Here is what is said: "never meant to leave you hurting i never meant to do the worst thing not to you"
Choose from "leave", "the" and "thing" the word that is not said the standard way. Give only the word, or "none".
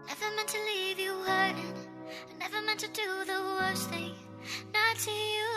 none